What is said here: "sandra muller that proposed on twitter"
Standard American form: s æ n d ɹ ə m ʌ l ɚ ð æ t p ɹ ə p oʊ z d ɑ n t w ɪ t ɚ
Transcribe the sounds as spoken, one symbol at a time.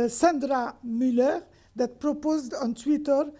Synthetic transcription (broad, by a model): s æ n d ɹ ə m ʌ l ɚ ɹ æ t p ɹ ə p oʊ z d ɑ n t w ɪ t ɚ